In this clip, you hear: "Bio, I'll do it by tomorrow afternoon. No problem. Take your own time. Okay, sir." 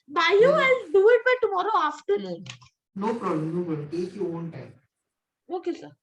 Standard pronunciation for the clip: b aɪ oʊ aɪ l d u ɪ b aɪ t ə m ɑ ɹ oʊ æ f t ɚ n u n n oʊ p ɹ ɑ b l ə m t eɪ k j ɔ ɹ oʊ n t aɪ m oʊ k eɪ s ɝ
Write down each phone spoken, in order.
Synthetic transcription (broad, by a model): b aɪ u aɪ n d u ɪ b aɪ t ə m ɑ ɹ oʊ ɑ f t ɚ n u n n oʊ p ɹ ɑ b l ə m t eɪ k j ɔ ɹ oʊ n t aɪ m oʊ k eɪ s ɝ